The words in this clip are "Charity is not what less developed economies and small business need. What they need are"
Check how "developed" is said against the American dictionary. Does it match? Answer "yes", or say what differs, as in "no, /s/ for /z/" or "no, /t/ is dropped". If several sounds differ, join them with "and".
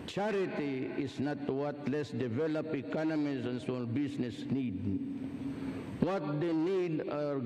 no, /t/ is dropped